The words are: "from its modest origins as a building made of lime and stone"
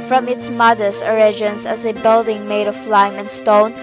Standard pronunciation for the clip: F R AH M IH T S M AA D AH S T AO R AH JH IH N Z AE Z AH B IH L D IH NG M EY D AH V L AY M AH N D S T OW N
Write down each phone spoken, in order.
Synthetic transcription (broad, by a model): F R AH M IH T S M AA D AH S AO R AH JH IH N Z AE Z AH B IH L D IH NG M EY D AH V L AY M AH N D S T OW N